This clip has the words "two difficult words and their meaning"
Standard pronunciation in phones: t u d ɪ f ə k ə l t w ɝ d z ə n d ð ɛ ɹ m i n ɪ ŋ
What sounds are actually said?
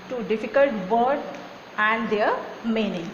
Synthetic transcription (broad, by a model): t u d ɪ f ə k ə l t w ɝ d ə n d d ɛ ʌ m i n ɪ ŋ